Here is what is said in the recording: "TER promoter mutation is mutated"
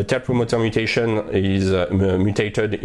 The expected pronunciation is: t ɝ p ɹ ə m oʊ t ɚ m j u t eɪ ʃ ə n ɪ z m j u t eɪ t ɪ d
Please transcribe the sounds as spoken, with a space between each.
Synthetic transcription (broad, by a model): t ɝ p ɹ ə m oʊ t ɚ m j u t eɪ ʃ ə n ɪ z m j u t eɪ t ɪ d